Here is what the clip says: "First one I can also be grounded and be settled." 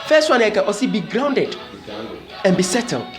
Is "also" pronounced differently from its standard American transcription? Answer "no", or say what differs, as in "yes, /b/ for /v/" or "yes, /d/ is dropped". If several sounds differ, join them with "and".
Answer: yes, /l/ is dropped